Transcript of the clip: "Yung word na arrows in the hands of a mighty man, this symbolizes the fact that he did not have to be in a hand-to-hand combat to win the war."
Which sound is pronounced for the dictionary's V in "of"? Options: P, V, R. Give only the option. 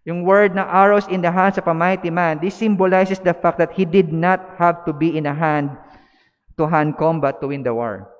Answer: P